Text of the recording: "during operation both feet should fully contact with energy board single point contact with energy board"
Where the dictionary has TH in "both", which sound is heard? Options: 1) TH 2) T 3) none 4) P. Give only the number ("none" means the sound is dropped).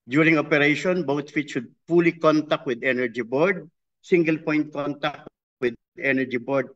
2